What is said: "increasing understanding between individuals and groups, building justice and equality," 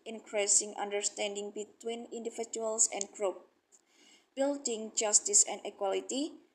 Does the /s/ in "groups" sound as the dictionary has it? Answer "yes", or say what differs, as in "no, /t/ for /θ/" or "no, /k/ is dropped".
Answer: no, /s/ is dropped